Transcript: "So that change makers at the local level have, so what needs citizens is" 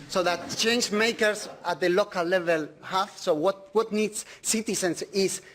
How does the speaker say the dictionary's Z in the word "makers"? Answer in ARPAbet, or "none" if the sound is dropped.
S